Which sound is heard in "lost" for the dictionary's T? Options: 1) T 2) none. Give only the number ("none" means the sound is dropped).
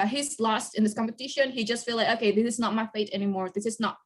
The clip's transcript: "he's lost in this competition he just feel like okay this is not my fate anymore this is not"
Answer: 1